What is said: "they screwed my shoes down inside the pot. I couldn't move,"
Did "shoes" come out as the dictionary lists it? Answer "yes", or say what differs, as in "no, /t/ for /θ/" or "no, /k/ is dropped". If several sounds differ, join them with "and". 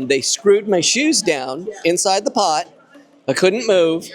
yes